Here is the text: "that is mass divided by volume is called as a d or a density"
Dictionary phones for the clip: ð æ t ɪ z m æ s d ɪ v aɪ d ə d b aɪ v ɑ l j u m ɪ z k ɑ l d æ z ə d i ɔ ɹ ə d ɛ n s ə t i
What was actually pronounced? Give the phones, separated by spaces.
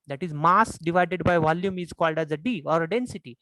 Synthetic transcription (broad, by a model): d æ t ɪ z m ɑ s d ɪ v aɪ d ə d b aɪ v ɑ l j u m ɪ z k ɑ l d æ z ə d i ɔ ɹ ə d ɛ n s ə t i